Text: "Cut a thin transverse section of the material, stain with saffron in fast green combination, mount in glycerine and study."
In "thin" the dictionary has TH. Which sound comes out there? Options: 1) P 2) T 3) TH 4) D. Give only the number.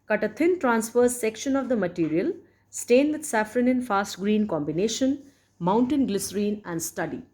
2